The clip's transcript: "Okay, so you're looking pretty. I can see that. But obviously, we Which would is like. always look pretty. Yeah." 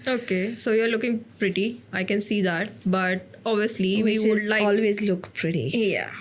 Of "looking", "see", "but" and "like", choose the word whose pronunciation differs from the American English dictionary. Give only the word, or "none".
like